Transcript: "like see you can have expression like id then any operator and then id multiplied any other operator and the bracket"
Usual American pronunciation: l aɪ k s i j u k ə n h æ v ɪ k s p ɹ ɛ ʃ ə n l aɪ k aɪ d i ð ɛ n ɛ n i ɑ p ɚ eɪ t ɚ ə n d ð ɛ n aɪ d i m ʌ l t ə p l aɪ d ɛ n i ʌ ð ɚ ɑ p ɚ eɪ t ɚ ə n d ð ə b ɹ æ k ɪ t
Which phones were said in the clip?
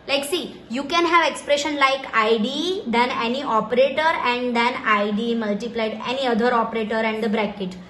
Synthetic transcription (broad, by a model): l aɪ k s i j u k ə n h æ v ɪ k s p ɹ ɛ ʃ ə n l aɪ k aɪ d i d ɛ n ɛ n i ɑ p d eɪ t ɚ ə n d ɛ n aɪ d i m ʌ l t ə p l aɪ d ɛ n i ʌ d ɚ ɑ p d eɪ t ɚ ə n d ə b ɹ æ k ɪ t